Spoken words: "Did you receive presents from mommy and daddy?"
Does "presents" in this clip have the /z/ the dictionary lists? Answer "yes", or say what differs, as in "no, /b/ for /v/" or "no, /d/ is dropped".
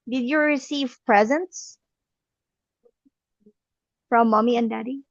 yes